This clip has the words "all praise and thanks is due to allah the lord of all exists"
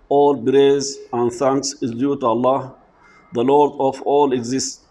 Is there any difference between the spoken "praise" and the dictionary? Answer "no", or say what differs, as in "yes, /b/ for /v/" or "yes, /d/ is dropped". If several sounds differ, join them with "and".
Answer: yes, /b/ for /p/